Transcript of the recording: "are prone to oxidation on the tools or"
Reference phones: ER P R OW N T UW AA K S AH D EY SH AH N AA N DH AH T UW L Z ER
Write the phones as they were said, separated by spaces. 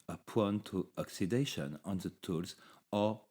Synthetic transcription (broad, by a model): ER P W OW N T UW AA K S AH D EY SH AH N AA N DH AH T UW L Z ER